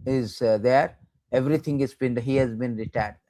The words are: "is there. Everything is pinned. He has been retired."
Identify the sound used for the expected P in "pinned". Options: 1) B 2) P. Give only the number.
1